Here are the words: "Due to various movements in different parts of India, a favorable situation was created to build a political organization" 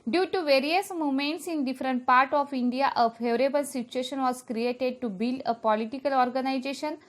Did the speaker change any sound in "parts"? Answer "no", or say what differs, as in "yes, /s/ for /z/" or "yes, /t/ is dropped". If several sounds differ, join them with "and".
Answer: yes, /s/ is dropped